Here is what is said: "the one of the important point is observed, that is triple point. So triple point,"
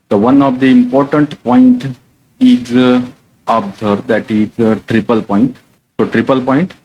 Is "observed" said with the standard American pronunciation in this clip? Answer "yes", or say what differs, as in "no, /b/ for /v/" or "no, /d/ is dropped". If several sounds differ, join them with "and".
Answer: no, /v/ is dropped